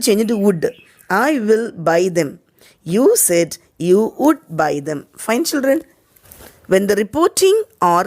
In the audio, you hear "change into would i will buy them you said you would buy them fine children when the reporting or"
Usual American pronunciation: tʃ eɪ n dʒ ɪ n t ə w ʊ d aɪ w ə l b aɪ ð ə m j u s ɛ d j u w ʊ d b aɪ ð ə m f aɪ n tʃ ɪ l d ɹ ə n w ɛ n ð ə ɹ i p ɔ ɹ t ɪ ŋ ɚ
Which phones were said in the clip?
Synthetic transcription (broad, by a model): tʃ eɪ n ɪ t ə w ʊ d aɪ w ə l b aɪ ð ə m j u s ɛ d j u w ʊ d b aɪ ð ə m f aɪ n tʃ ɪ l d ɹ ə n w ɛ n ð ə ɹ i p ɔ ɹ t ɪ ŋ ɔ